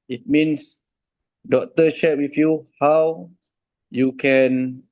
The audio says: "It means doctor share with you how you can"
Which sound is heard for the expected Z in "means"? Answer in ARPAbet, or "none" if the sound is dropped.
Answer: S